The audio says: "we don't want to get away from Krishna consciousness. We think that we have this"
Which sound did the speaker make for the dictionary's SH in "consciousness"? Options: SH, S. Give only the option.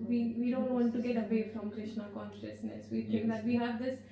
SH